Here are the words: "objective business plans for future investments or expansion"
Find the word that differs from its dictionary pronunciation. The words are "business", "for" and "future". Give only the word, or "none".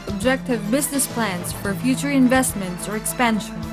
none